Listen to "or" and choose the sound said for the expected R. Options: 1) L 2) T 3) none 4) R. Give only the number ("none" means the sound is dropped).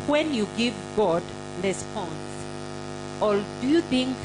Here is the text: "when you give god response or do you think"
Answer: 1